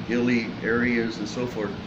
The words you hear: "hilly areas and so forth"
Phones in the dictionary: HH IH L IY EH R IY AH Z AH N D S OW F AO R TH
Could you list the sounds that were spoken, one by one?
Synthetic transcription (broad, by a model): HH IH L IY EH R IY AH Z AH N S OW F AO R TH